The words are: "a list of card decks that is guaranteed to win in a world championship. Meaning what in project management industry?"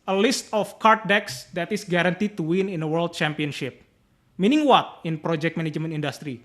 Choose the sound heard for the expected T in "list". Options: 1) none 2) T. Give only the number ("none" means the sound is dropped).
2